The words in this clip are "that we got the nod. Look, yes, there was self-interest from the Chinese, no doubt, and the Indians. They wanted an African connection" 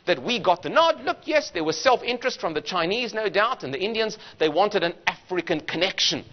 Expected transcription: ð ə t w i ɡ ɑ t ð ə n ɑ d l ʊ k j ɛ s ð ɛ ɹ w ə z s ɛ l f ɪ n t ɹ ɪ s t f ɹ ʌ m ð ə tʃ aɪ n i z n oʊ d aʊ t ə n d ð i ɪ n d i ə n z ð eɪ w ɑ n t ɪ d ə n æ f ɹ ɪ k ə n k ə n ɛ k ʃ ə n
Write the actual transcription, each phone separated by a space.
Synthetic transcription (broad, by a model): ð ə t w i ɡ ɑ t ð ə n ɑ d l ʊ k j ɛ s ð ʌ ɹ w ə z s ɛ l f ɪ n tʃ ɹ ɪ s t f ɹ ʌ m ð ə tʃ aɪ n i z n oʊ d aʊ t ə n ð i ɪ n d i ə n z ð eɪ w ɑ n t ɪ d ə n æ f ɹ ɪ k ə n k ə n ɛ k ʃ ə n